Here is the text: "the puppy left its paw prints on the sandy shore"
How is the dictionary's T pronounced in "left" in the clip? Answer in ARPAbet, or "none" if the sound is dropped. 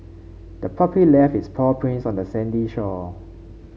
none